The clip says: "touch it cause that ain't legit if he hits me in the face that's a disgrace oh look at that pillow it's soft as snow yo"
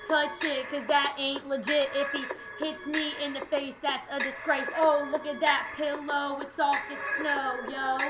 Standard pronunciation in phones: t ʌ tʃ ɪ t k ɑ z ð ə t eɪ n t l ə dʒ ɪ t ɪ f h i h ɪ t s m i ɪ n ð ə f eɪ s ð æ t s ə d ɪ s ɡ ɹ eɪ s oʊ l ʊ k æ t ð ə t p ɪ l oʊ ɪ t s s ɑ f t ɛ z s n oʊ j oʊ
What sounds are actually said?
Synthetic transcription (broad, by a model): t ʌ tʃ ɪ t k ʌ z ð ə t eɪ n t l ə dʒ ɪ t ɪ f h i h ɪ t s m i ɪ n ð ə f eɪ s ð æ t s ə d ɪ s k ɹ eɪ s oʊ l ʊ k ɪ t ð ə t p ɪ l oʊ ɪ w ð s ɑ f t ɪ s n oʊ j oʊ